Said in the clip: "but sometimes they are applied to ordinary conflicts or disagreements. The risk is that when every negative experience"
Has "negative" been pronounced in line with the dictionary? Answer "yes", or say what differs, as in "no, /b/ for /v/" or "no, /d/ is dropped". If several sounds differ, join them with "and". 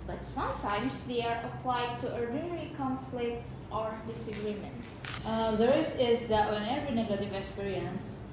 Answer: yes